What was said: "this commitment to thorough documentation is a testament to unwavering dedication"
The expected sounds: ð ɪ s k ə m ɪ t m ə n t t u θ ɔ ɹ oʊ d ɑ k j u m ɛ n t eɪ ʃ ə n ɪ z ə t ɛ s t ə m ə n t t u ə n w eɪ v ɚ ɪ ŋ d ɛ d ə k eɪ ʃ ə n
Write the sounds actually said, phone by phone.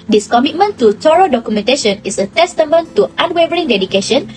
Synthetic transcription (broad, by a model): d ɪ s k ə m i t m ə n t t u t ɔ ɹ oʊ d ɑ k j u m ɛ n t eɪ ʃ ə n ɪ s ə t ɛ s t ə m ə n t t u ə n w eɪ v ɚ ɪ ŋ d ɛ d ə k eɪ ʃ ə n